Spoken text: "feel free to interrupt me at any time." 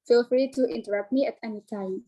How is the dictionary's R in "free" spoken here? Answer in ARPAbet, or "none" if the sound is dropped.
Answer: R